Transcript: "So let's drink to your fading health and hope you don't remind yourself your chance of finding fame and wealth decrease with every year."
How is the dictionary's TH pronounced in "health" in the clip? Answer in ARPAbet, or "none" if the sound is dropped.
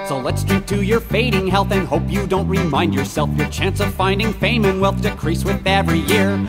TH